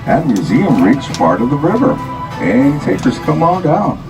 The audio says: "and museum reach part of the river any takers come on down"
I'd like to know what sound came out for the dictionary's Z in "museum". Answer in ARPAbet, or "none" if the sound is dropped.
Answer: Z